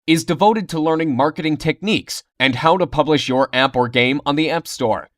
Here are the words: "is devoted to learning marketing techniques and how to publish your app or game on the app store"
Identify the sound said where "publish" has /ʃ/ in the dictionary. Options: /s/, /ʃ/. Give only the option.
/ʃ/